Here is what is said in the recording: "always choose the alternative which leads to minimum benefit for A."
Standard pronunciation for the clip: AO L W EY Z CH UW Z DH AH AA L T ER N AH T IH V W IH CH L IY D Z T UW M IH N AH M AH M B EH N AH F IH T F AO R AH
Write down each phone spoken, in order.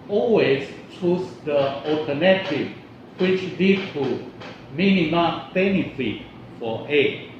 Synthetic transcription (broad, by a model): AO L W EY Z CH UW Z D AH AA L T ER N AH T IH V W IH CH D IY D T UW M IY N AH M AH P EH N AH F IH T F AO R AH